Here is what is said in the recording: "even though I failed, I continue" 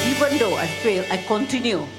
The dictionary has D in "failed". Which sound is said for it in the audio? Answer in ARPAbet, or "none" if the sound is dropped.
none